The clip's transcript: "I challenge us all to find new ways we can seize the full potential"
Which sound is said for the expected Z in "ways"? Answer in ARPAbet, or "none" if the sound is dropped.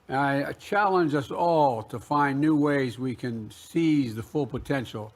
Z